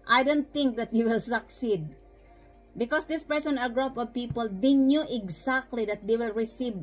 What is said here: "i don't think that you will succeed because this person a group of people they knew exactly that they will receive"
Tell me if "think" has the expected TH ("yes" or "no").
no